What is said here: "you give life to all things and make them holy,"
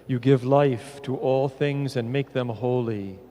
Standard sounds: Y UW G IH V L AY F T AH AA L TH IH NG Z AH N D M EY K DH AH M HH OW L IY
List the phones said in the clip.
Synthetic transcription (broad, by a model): Y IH G IH V L AY F T AH AA L TH IH NG Z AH N M EY K DH AH M HH OW L IY